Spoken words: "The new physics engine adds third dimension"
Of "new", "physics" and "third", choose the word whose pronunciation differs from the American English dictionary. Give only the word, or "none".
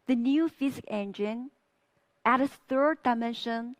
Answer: physics